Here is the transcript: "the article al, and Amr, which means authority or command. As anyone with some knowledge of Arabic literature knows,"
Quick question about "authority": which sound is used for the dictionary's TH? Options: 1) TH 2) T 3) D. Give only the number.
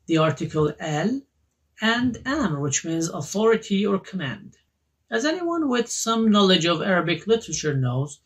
1